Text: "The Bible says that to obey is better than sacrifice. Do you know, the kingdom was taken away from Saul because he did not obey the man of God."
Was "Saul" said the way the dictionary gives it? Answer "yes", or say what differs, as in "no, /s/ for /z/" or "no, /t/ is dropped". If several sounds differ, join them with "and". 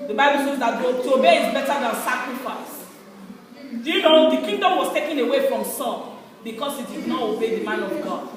no, /n/ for /l/